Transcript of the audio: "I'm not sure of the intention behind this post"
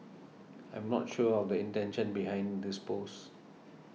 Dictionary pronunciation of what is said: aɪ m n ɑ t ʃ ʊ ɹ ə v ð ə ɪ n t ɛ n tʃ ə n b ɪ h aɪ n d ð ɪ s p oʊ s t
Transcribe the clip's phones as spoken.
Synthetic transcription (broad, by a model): aɪ m n ɑ t ʃ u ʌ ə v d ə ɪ n t ɛ n ʃ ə n b ɪ h aɪ n d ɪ s p oʊ s